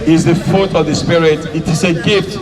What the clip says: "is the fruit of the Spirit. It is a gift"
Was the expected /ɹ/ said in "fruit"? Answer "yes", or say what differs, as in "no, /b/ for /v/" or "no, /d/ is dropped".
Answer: no, /ɹ/ is dropped